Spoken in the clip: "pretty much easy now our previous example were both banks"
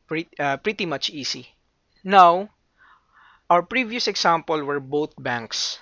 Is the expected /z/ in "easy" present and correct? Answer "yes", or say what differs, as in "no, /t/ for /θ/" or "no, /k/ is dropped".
no, /s/ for /z/